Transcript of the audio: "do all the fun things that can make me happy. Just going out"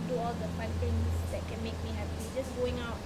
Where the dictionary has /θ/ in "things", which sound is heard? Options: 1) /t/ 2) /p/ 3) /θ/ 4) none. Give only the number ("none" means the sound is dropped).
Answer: 1